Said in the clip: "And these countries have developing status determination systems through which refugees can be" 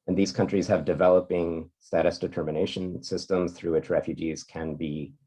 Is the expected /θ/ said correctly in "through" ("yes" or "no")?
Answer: yes